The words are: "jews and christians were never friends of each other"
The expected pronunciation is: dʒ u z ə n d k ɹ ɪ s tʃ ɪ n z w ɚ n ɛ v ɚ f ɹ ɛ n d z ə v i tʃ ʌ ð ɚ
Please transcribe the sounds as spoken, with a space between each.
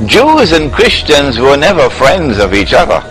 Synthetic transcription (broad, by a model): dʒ u z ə n k ɹ ɪ s tʃ ɪ n z w ɚ n ɛ v ɚ f ɹ ɛ n d z ə v i tʃ ʌ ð ɚ